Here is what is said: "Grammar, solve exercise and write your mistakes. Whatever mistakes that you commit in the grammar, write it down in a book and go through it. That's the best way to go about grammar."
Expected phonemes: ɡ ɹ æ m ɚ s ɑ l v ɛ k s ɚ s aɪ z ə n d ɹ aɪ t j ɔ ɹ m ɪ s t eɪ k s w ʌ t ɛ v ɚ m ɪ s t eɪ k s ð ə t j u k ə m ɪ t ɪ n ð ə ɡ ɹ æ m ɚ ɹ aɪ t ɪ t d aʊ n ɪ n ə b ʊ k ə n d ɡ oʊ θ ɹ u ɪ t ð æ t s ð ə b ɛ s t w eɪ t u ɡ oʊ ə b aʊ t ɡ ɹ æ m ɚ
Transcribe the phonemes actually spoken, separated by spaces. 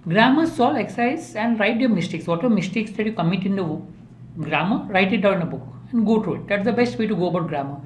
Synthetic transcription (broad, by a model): ɡ ɹ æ m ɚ s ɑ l ɛ k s s aɪ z ə n d ɹ aɪ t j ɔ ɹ m ɪ s t eɪ k s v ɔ t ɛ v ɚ m ɪ s t eɪ k s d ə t j u k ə m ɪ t ɪ n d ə ɡ ɹ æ m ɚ ɹ aɪ t ɪ t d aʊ ɪ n ə b ʊ k ə n d ɡ oʊ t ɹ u ɪ t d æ t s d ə b ɛ s t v eɪ t u ɡ oʊ ə b aʊ t ɡ ɹ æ m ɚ